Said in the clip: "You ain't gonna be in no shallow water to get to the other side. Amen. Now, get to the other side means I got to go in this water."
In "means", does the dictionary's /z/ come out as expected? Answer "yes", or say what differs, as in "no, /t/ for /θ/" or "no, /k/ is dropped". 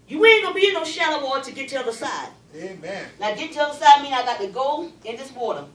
no, /z/ is dropped